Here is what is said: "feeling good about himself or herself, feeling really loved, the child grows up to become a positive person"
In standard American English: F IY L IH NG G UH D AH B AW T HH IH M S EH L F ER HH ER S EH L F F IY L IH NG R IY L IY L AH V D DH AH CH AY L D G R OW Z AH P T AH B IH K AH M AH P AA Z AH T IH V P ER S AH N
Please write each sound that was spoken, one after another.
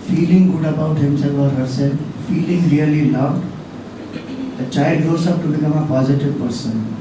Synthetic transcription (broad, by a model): F IY L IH NG G UH D AH B AW T HH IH M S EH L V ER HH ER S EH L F F IY L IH NG R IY L IY L AH V D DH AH CH AY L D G OW S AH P T AH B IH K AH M AH P AA Z AH T IH V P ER S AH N